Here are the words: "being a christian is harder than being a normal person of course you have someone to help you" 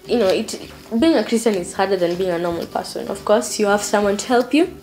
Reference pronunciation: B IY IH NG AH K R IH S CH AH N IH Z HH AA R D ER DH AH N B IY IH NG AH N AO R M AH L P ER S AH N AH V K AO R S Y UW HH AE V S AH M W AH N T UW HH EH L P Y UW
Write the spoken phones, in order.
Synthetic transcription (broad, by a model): B IY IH NG AH K R IH S CH AH N IH Z HH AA R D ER DH AH N B IY IH NG AH N AO R M AH L P ER S AH N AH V K AO R S Y UW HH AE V S AH M W AH N T UW HH EH L P Y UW